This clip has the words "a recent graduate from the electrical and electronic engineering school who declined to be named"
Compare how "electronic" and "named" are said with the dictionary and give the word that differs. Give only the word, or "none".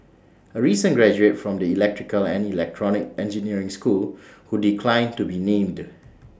none